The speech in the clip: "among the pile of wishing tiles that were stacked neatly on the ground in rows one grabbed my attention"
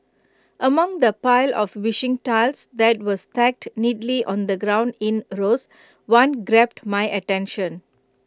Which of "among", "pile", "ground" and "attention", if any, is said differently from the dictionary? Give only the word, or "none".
none